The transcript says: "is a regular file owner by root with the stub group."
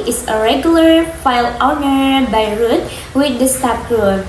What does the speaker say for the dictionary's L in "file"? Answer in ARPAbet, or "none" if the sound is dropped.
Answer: L